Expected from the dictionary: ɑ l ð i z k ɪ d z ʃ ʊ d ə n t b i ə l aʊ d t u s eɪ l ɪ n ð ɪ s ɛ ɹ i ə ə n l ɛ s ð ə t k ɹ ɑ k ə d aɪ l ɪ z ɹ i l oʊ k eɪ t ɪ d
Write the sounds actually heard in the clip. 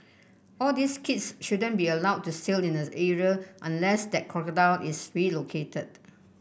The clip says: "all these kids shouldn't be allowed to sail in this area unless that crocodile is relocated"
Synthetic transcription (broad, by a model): ɑ l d i s k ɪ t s ʃ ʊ d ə n b i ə l aʊ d t u s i l ɪ n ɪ ɛ ɹ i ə ə n l ɛ s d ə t k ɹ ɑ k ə d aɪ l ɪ s ɹ i l oʊ k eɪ t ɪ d